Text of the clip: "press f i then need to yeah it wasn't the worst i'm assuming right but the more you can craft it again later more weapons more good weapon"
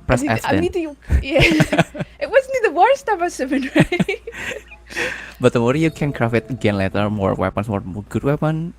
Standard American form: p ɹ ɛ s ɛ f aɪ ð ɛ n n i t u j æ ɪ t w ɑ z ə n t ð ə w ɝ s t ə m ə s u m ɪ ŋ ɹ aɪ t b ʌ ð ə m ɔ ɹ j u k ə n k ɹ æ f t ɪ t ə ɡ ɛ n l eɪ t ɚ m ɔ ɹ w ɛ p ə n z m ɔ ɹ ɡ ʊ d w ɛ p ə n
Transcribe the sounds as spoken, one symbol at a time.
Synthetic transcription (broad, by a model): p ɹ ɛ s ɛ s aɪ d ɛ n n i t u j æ ɪ t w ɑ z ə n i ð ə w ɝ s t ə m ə s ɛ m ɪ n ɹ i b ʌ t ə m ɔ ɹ j u k ə n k ɹ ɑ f ɪ t ə ɡ ɛ n l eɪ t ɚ m ɔ ɹ w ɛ p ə n s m ɔ ɹ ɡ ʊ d w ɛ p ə n